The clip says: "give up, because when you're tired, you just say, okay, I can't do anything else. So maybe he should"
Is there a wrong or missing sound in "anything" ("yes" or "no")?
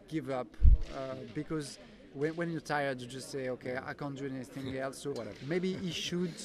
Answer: no